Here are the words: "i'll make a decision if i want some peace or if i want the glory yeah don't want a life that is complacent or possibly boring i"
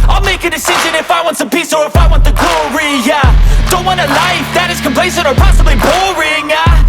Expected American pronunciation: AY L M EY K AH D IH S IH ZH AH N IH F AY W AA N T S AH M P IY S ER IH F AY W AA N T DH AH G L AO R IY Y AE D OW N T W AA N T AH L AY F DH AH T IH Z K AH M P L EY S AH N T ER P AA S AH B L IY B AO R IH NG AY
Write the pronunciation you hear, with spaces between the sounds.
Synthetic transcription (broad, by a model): AY L M EY K AH D IH S IH ZH AH N IH F AY W AA N T S AH M P IY S ER IH F AY W AA N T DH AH G L AO R IY Y AE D OW N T W AA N AH L AY F DH AH T IH Z K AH M P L EY S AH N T ER P AA S AH B L IY B AO R IH NG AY